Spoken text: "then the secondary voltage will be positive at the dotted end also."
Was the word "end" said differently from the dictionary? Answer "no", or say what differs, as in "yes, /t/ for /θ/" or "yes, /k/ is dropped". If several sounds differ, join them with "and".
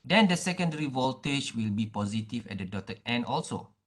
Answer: yes, /d/ is dropped